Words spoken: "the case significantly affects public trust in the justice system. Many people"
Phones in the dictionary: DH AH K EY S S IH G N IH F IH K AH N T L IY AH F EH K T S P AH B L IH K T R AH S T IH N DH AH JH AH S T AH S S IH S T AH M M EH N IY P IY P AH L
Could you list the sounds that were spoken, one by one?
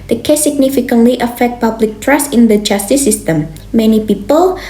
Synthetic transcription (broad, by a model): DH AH K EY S S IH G N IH F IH K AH N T L IY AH F EH K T P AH B L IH K T R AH S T IH N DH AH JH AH S T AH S S IH S T AH M M EH N IY P IY P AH L